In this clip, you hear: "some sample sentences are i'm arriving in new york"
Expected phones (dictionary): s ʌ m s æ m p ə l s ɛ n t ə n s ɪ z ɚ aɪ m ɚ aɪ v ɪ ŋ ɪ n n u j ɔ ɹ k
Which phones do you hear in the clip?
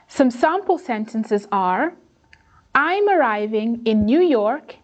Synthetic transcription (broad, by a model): s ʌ m s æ m p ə l s ɛ n t ə n s ɪ z ɚ aɪ m ɚ aɪ v ɪ ŋ ɪ n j u j ɔ ɹ k